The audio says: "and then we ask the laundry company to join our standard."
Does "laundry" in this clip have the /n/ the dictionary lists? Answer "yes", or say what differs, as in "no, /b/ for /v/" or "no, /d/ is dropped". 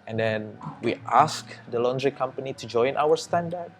yes